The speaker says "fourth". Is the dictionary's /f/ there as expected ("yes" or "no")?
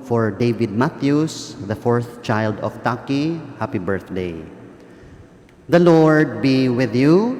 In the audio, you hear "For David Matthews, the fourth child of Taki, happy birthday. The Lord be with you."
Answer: yes